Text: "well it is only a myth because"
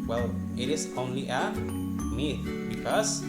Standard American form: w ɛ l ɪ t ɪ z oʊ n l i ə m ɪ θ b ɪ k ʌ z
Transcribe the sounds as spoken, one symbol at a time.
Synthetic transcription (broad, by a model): w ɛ l ɪ t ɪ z oʊ n l i ə m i t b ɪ k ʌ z